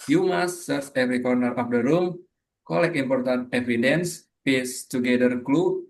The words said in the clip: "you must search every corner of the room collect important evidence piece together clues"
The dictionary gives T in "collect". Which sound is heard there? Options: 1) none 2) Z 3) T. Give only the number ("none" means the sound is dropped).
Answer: 1